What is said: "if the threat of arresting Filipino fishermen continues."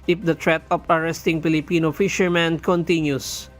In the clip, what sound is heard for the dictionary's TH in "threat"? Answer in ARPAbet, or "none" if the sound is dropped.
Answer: T